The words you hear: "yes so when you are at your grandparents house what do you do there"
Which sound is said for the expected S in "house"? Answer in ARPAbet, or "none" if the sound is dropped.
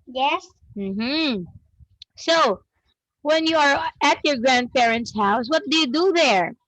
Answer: S